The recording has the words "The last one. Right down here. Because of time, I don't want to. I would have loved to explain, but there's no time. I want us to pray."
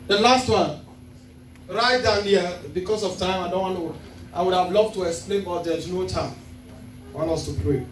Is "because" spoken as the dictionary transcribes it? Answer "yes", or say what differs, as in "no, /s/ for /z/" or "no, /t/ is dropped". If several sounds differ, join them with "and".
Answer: no, /s/ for /z/